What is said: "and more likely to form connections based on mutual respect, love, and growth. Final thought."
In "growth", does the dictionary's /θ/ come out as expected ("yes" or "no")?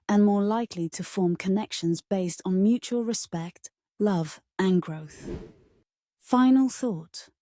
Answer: yes